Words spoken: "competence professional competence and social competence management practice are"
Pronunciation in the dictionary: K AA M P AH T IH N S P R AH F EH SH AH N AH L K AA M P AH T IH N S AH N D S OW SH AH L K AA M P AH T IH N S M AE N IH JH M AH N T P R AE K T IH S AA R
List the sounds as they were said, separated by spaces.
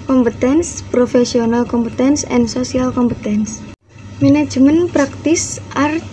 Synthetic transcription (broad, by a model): K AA M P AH T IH N S P R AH F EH S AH N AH L K AA M P AH T IH N S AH N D S OW S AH L K AA M P AH T IH N S M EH N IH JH M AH N P R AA K T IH S AA R